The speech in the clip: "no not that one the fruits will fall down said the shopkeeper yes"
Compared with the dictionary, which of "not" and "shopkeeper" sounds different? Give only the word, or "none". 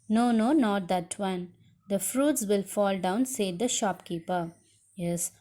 none